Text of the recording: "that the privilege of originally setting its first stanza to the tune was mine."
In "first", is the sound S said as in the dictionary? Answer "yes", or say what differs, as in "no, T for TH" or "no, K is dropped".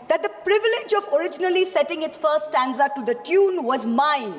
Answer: no, S is dropped